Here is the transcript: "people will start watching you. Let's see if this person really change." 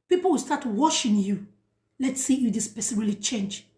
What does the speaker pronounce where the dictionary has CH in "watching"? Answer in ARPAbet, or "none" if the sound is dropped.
SH